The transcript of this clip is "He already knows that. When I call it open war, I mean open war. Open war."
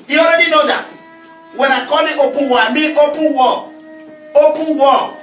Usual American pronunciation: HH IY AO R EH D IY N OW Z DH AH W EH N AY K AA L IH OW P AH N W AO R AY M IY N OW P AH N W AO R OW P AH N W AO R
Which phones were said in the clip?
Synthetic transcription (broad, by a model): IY AO R EH D IY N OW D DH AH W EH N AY K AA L IH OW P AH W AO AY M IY OW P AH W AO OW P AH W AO